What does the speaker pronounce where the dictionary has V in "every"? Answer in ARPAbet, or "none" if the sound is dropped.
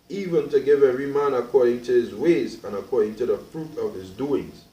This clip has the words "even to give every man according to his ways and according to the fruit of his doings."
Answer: none